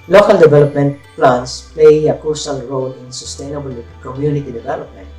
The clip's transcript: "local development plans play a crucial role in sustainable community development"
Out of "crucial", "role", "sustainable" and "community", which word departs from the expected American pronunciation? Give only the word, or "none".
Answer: crucial